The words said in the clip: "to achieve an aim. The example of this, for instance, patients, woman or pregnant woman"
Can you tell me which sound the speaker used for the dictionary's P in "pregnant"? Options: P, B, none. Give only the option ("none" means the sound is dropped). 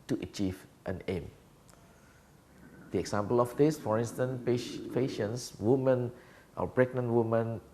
B